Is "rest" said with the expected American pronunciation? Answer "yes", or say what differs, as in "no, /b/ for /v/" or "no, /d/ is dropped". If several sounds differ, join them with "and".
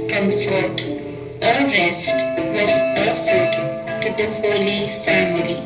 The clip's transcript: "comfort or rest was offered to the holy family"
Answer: yes